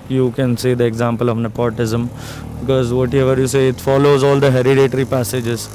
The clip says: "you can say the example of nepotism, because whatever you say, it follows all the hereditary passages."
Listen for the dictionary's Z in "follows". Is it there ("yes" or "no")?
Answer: yes